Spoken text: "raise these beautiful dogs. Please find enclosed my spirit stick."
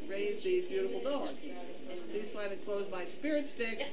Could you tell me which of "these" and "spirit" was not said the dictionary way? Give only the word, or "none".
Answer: these